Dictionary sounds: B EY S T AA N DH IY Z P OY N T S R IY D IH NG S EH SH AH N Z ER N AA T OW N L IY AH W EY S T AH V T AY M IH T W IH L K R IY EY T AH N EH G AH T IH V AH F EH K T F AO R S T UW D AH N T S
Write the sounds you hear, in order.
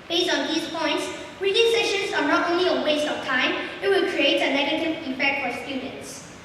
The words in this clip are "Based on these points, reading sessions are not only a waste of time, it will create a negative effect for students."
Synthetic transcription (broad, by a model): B EY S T AA N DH IY S P OY N T S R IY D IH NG S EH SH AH N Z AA N AA T OW N L IY AH W EY S T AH F T AY M IH T W IH L K R IY EY T AH N EH G AH T IH V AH P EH K T F AO R S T UW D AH N T S